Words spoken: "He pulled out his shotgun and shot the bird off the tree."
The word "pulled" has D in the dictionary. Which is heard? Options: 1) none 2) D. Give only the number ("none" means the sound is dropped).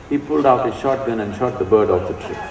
2